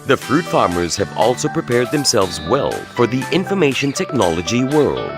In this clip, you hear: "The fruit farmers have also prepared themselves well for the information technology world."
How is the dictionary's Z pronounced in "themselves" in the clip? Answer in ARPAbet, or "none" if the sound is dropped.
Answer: Z